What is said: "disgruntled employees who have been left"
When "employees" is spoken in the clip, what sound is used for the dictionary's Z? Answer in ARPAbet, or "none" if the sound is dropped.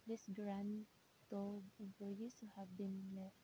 S